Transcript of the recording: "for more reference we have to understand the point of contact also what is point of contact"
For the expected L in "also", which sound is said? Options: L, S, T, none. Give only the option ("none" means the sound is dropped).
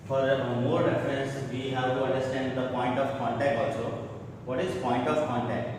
none